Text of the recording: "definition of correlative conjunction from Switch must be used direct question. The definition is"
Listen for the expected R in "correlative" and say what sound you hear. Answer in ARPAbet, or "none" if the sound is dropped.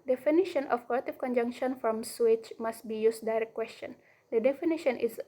L